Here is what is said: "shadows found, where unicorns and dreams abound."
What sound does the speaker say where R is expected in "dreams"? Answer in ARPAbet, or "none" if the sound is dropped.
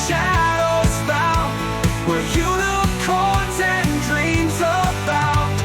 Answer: R